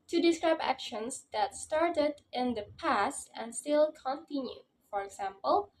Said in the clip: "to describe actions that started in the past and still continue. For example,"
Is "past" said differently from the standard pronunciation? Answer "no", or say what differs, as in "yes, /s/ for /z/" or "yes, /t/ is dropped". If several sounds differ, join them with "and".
no